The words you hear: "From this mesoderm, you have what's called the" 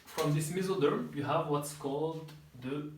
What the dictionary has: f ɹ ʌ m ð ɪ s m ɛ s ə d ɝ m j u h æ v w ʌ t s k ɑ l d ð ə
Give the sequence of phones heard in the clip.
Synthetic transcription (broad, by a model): f ɹ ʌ m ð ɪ s m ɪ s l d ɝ j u h æ v w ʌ t s k ɑ l d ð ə